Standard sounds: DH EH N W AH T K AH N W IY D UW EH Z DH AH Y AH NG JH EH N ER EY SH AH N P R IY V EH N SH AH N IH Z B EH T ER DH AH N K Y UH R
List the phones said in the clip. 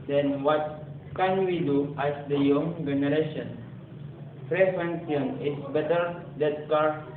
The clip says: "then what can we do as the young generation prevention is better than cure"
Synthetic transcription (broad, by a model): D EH N W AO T K AH N W IY D UW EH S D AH Y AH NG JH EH N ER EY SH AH N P R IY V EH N S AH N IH S B EH T ER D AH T K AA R